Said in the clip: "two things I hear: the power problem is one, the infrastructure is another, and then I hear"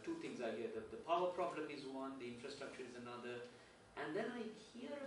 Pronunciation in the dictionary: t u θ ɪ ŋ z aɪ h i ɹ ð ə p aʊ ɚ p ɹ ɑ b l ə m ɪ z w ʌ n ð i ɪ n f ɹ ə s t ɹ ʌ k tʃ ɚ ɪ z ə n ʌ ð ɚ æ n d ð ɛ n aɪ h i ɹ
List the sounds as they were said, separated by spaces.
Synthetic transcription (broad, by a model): t u t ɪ ŋ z aɪ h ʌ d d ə p aʊ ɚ p ɹ ɑ b l ə m ɪ z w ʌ n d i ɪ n f ɹ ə s t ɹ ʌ k tʃ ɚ ɪ z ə n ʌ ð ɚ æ n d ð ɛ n aɪ h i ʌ